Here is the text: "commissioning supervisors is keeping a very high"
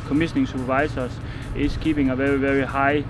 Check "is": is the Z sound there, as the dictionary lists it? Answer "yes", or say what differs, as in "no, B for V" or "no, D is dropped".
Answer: no, S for Z